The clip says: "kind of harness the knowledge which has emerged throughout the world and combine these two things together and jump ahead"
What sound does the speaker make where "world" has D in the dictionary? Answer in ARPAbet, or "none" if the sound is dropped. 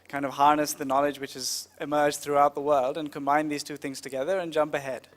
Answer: D